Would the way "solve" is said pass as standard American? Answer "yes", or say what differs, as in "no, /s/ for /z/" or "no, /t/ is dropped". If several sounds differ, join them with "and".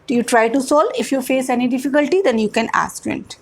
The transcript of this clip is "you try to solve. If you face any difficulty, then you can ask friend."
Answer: no, /v/ is dropped